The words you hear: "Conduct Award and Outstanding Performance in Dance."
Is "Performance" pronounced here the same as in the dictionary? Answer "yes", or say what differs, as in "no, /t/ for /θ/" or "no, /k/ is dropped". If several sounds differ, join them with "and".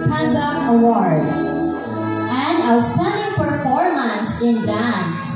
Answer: yes